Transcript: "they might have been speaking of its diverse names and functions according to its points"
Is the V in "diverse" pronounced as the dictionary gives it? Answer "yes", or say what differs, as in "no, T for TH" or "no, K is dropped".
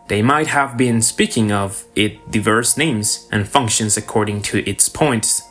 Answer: yes